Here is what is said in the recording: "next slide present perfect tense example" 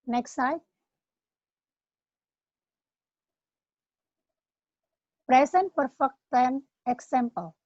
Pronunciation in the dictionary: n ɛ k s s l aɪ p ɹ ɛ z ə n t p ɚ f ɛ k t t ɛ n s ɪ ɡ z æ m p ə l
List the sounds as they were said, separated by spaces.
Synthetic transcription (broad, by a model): n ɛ k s s aɪ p ɹ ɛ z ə n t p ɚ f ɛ k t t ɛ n ɪ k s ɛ m p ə l